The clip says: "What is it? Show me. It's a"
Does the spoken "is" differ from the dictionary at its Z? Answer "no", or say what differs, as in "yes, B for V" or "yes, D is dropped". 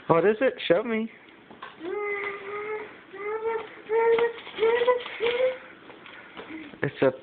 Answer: no